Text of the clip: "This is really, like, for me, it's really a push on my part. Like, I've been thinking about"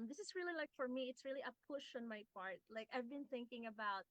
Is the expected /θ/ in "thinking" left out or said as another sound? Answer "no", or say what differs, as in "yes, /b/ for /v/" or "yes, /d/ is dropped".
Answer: no